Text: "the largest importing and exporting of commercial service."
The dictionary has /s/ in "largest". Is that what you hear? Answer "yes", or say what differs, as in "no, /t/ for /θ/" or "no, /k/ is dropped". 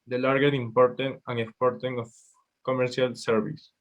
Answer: no, /s/ is dropped